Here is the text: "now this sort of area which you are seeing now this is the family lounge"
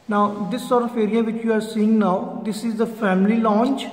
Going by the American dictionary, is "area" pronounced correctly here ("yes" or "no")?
yes